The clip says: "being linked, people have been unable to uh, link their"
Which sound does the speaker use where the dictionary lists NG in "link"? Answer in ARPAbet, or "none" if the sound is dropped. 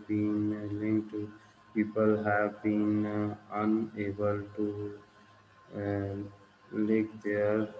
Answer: none